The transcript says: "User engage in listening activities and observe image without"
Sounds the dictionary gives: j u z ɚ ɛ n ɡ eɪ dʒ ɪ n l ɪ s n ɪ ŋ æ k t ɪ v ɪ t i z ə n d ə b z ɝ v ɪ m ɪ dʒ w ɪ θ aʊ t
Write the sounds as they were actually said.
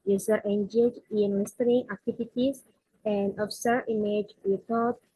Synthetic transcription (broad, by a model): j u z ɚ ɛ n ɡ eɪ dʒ ɪ n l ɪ s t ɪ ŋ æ k t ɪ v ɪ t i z ə n d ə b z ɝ ɪ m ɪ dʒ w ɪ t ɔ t